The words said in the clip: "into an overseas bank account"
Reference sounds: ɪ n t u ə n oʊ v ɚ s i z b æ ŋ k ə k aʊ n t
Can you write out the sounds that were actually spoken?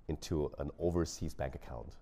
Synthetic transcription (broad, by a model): ɪ n t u ə n oʊ v ɚ s i z b æ ŋ k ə k aʊ n t